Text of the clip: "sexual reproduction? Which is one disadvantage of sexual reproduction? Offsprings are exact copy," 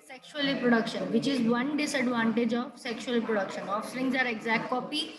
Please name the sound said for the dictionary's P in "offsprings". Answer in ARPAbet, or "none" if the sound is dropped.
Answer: none